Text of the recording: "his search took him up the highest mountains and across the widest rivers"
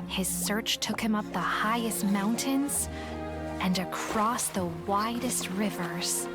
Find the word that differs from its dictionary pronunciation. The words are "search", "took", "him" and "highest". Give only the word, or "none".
none